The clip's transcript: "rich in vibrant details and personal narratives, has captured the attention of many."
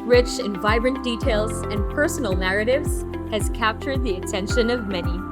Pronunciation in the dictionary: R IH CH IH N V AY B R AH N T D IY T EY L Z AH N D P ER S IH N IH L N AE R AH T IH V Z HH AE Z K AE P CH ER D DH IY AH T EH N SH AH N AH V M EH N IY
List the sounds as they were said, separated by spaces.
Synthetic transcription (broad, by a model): R IH CH IH N V AY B R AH N D IY T EY L Z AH N P ER S N L N AE R AH T IH V Z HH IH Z K AE P CH ER D DH IY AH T EH N SH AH N AH V M EH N IY